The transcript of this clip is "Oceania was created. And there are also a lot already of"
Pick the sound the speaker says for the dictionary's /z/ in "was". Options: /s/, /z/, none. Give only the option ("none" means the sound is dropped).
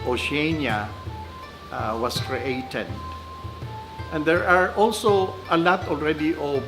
/s/